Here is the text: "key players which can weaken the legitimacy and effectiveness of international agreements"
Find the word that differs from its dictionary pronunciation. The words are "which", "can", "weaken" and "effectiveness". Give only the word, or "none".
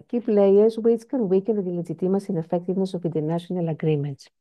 which